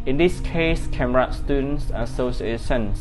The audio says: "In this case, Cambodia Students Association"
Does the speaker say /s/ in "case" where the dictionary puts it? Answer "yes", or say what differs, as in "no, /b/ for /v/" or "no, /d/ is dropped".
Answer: yes